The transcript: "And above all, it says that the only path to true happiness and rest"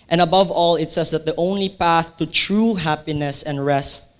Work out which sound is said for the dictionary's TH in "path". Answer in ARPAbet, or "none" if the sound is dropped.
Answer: TH